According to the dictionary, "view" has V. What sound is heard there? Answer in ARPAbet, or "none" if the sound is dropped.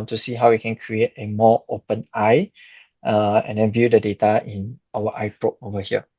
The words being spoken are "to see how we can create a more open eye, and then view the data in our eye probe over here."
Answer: V